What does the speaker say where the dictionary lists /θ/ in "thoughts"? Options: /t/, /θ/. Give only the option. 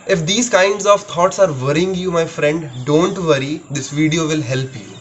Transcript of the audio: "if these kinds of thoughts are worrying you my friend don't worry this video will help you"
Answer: /t/